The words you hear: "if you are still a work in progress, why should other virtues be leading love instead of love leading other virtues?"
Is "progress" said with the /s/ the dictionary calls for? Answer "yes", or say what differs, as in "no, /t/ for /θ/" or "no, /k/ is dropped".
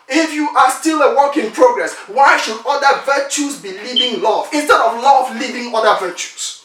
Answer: yes